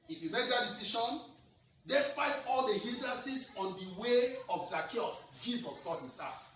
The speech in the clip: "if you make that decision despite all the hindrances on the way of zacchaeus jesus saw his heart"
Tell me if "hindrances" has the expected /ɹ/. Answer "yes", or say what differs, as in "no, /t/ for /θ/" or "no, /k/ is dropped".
no, /ɹ/ is dropped